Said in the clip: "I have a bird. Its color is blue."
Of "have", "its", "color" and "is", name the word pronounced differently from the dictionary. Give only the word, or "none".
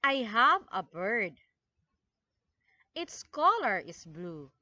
is